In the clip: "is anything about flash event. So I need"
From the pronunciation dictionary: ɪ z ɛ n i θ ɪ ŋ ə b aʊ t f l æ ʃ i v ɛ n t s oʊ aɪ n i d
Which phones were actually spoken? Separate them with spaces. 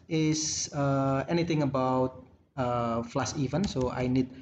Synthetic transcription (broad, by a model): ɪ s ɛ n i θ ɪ ŋ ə b aʊ t f l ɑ s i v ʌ n s oʊ aɪ n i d